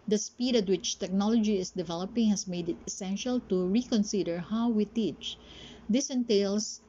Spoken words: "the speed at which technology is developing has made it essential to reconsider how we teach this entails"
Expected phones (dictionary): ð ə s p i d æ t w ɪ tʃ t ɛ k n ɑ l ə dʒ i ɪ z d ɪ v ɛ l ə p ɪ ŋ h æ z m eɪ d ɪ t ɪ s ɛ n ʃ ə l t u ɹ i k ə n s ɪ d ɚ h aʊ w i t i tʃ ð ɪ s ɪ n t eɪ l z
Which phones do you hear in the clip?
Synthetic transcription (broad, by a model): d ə s p i d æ t w ɪ tʃ t ɛ k n ɑ l ə dʒ i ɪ s d ɪ v ɛ l ə p ɪ ŋ h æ s m eɪ d ɪ t ɪ s ɛ n ʃ ə l t u ɹ i k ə n s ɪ d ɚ h aʊ w i t i tʃ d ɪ s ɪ n t eɪ l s